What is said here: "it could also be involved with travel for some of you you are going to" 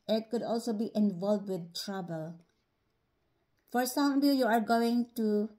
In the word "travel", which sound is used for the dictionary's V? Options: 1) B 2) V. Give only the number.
1